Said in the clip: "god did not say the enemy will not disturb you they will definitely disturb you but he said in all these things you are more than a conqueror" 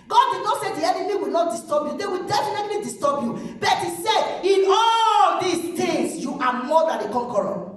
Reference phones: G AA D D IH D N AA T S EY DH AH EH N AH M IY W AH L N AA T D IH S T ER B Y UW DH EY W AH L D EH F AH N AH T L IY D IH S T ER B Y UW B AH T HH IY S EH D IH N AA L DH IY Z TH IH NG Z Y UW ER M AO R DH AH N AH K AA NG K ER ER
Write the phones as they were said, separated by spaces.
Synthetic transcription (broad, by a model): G AA D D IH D N AA T S EY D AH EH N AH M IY W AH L N AA T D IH S T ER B Y UW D EY W AH L D EH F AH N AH T L IY D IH S T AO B Y UW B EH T HH IY S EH IH N AA L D IY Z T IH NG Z Y UW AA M AO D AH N AH K AA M K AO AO